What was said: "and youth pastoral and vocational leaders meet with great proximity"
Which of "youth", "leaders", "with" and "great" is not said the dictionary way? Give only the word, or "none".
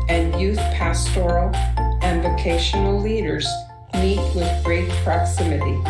none